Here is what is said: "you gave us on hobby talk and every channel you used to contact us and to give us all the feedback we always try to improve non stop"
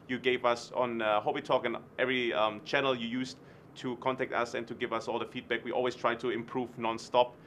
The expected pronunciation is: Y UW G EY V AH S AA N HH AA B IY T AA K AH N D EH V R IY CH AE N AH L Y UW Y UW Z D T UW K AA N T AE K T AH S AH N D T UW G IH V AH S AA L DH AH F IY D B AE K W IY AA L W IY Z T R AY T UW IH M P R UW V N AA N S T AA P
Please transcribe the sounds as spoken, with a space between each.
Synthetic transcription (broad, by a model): Y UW G EY V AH S AA N HH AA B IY T AA K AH N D EH V R IY CH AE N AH L Y UW Y UW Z T UW K AA N T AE K T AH S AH N T UW G IH V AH S AA L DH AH F IY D B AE K W IY AA L W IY S T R AY T UW IH M P R UW V N AA N S T AA P